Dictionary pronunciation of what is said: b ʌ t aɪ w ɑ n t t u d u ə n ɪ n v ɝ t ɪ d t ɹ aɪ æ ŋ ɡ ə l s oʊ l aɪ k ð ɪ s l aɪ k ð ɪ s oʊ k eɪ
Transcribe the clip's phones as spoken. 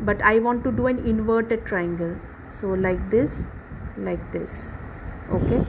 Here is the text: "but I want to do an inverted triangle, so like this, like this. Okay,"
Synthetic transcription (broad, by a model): b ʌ t aɪ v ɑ n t t u d u ə n ɪ n v ɝ t ɪ d t ɹ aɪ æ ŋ ɡ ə l s oʊ l aɪ k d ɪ s l aɪ k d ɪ s oʊ k eɪ